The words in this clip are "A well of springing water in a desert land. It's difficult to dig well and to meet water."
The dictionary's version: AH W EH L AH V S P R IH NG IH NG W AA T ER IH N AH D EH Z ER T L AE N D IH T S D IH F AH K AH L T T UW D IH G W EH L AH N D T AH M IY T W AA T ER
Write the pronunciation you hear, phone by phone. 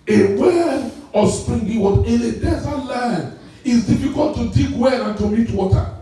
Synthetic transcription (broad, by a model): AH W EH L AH S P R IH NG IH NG W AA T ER IH N AH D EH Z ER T L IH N IH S D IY F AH K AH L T T UW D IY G W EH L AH N T AH M IY T W AA T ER